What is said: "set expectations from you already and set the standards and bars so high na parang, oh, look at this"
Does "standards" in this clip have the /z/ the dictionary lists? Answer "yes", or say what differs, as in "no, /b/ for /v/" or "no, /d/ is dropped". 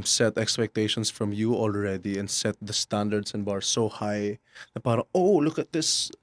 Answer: no, /s/ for /z/